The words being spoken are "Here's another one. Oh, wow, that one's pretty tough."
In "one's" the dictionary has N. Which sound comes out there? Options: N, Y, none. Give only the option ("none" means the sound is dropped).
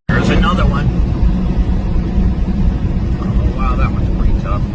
none